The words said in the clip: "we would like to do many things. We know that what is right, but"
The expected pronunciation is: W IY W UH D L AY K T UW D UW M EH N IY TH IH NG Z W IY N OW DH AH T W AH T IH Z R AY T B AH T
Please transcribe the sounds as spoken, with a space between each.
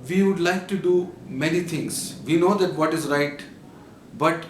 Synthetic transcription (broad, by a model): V IY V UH D L AY K T UW D UW M EH N IY T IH NG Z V IY N OW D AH T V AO T IH Z R AY T B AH T